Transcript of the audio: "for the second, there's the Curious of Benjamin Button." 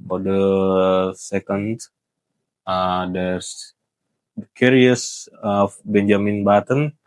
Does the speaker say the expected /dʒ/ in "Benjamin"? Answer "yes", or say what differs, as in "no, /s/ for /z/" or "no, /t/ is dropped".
yes